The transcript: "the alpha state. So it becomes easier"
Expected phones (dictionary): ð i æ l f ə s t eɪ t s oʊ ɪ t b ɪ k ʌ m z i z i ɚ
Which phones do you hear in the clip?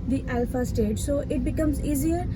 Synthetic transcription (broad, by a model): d i æ l f ə s t eɪ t s oʊ ɪ t b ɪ k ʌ m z i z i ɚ